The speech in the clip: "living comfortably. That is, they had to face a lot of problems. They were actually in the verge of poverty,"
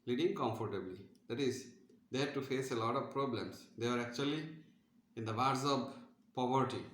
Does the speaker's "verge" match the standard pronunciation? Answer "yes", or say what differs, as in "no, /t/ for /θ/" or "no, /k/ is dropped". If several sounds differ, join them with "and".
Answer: no, /z/ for /dʒ/